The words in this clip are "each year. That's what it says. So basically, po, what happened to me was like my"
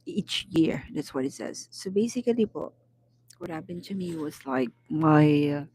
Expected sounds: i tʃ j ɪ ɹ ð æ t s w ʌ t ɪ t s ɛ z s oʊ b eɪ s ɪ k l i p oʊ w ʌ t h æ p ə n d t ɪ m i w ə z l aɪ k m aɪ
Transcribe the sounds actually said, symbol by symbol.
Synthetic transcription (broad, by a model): i tʃ j ɪ ɹ ð æ t s w ʌ t ɪ t s ɛ z s oʊ b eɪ s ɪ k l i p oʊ w ʌ t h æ b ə n t ɪ m i w ə z l aɪ k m aɪ